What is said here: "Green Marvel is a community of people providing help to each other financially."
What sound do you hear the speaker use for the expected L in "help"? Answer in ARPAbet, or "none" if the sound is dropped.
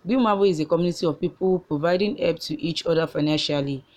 none